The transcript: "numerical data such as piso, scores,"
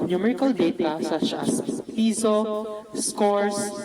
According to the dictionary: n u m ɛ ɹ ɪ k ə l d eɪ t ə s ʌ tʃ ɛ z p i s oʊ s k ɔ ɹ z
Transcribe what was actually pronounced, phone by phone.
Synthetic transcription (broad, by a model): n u m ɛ ɹ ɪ k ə l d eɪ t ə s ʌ ʃ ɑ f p i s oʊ s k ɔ ɹ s